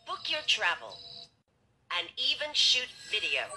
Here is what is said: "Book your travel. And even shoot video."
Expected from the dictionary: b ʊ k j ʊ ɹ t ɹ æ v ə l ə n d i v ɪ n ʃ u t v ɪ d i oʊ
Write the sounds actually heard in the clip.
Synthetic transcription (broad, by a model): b ʊ k j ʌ ɹ t ɹ æ v ə l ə n i v ɪ n ʃ u t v ɪ d i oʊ